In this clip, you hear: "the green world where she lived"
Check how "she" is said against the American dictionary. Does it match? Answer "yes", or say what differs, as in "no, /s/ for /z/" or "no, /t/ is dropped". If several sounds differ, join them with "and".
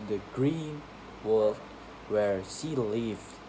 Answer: no, /s/ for /ʃ/